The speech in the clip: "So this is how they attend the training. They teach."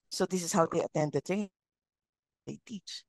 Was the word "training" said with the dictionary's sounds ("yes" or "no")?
no